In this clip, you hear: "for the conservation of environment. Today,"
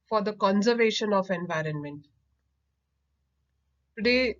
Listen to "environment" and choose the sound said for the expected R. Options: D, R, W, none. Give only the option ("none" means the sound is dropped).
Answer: R